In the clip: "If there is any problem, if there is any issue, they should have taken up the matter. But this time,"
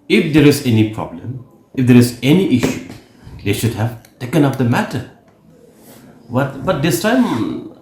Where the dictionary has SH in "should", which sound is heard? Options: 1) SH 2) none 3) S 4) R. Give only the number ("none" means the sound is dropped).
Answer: 1